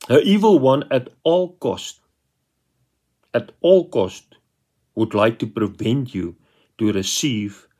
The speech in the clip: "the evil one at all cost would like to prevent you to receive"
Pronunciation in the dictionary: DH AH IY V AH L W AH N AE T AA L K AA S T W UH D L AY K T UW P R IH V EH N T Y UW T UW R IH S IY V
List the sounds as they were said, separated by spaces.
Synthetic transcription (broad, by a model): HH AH IY V AH L W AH N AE T AA L K AA S T W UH D L AY K T UW P R IH V EH N T Y UW T UW R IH S IY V